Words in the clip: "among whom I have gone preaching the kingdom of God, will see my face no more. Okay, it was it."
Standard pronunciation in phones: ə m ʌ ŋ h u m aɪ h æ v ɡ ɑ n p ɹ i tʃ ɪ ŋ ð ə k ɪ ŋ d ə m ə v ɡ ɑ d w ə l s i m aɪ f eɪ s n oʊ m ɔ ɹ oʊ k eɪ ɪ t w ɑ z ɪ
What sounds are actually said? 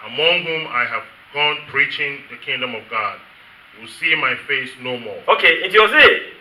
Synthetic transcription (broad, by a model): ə m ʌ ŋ h u m aɪ h æ v ɡ ɑ n p ɹ i tʃ ɪ ŋ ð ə k ɪ ŋ d ə m ə v ɡ ɑ d w ə l s i m aɪ f eɪ s n oʊ m ɔ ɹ oʊ k eɪ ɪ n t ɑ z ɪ